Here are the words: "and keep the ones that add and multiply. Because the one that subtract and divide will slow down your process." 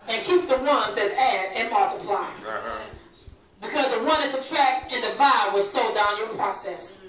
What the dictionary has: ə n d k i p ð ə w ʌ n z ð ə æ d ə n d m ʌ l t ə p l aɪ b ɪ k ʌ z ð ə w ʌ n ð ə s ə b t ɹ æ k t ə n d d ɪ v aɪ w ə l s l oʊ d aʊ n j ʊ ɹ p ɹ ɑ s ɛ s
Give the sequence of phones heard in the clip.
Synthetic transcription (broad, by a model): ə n k i p ð ə w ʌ n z ð ə æ d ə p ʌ t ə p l aɪ b ɪ k ʌ z ð ə w ʌ n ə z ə t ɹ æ k t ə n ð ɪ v aɪ w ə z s oʊ d aʊ n j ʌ ɹ p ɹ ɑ s ɛ s